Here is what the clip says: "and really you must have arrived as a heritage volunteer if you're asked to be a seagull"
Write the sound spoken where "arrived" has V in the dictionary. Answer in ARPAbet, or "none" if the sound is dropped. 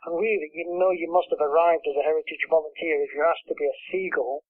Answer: V